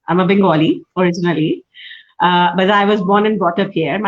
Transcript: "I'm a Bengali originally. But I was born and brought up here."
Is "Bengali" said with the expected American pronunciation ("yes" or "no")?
no